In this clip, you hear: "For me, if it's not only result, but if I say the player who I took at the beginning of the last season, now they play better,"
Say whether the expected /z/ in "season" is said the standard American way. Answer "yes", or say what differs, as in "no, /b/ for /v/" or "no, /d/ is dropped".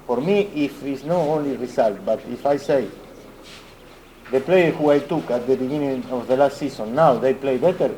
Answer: no, /s/ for /z/